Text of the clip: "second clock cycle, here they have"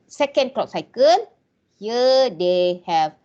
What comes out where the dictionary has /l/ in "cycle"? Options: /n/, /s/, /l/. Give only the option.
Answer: /n/